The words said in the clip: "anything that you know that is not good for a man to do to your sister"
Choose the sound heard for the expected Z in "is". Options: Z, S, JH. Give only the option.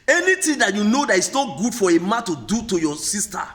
S